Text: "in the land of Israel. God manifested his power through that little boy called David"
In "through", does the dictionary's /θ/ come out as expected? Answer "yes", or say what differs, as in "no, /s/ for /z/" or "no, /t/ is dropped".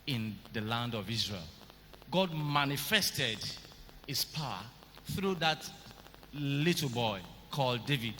yes